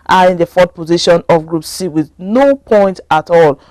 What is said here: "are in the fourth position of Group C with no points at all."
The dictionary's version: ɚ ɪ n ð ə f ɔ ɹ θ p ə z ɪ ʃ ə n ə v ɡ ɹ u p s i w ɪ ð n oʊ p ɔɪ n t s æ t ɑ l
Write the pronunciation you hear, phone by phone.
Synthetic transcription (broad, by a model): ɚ ɪ n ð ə f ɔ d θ p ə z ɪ ʃ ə n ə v ɡ ɹ u p s i w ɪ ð n oʊ p ɔɪ n t ɑ t ɑ l